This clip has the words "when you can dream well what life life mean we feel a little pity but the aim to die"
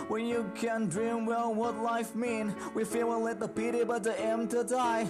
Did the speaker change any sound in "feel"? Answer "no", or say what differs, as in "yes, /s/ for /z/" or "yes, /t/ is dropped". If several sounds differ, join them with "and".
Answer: yes, /w/ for /l/